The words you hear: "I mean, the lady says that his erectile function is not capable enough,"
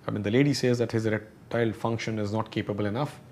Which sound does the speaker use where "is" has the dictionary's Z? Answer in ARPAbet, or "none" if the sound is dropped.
Z